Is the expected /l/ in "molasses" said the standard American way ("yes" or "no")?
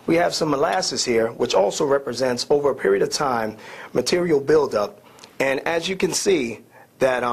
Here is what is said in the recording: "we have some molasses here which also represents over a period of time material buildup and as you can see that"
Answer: yes